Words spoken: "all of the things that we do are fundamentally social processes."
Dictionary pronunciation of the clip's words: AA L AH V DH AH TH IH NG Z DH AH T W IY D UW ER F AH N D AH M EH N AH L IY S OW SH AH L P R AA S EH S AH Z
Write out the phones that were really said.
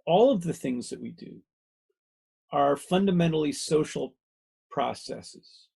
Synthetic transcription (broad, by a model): AA L AH V DH AH TH IH NG Z DH AH T W IY D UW ER F AH N D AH M EH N L IY S OW SH L P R AA S EH S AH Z